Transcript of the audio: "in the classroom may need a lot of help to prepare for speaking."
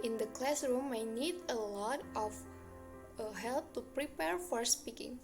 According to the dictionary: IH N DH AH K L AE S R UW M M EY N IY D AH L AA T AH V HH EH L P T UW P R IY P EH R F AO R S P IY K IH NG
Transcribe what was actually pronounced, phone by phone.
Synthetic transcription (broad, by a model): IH N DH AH K L AE S R UW M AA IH N IY D AH L AA T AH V HH EH L P T UW P R IY P EH R F AO R S P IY K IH NG